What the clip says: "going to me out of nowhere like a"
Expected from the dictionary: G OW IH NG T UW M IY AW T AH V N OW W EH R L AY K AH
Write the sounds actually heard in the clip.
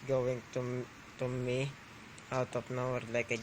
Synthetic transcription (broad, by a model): G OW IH NG T UW M IY AW T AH P N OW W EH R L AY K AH